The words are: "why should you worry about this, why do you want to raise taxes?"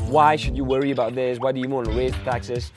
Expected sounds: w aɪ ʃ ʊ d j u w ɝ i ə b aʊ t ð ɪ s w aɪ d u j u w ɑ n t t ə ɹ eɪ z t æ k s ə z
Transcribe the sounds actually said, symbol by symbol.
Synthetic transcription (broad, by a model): w aɪ ʃ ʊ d j u w ɝ i ə b aʊ t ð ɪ s w aɪ d u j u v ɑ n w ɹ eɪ t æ k s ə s